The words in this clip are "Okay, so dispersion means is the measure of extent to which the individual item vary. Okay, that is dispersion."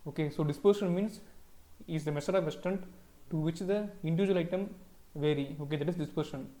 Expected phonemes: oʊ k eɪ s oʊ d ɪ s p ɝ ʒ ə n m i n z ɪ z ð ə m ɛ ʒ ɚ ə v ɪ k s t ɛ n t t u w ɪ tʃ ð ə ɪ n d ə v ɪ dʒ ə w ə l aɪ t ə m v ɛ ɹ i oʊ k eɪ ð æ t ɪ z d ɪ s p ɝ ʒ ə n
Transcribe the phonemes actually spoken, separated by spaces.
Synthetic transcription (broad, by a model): oʊ k eɪ s oʊ d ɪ s p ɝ ʃ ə n m i n s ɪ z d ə m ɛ s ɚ ə v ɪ s t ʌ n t t u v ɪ tʃ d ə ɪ n d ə v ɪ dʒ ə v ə l aɪ t ə m v ɛ ɹ i oʊ k eɪ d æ t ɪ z d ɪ s p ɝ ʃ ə n